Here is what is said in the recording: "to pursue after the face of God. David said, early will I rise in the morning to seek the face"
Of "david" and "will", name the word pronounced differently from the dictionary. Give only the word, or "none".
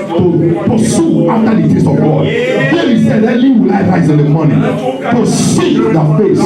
david